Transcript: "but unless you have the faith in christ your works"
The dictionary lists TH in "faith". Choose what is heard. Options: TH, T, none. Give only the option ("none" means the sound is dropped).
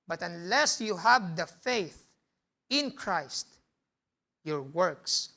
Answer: TH